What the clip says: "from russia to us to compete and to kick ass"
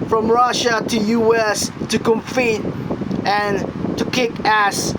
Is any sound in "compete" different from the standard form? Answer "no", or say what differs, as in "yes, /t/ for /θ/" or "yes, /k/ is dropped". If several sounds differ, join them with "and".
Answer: yes, /f/ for /p/